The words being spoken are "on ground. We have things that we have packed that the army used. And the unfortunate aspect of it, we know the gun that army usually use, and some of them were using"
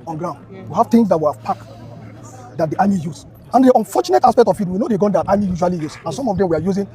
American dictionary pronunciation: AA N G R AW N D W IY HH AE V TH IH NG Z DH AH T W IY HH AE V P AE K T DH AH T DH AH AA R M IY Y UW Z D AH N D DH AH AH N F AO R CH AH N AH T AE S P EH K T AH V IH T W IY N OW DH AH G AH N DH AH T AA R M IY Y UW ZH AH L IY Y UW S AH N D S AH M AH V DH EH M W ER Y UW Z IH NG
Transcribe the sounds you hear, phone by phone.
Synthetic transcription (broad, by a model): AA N G R AW N D W IY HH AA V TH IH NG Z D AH T W IY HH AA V P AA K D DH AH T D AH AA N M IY Y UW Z AH N D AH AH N F AO CH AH N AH T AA S P EH K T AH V IH T W IY N OW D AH G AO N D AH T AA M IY Y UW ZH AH L IY Y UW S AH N S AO M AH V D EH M W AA Y UW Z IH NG